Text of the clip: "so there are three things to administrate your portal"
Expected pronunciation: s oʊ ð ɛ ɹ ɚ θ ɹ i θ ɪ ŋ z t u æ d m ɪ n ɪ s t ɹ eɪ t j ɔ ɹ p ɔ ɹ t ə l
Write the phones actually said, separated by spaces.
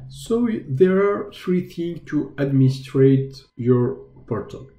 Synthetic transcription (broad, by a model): s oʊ ð ɛ ɹ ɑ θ ɹ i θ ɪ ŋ t u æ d m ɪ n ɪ s t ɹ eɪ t j ɔ ɹ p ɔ ɹ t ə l